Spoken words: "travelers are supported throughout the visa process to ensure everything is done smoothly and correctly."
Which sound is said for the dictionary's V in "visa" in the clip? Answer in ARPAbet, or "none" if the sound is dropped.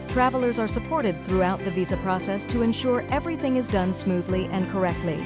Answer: V